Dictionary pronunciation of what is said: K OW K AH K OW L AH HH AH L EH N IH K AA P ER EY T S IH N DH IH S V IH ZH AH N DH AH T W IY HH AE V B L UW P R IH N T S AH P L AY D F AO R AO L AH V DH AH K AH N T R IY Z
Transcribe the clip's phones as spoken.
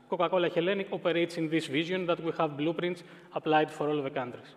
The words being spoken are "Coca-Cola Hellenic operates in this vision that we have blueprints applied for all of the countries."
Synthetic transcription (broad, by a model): K OW K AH K OW L AH HH AH L EH N IH K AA P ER EY T S IH N DH IH S V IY Z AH N DH AH T W IY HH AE V B L UW P R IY N T S AH P L AY D F AO R AO L V DH AH K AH N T R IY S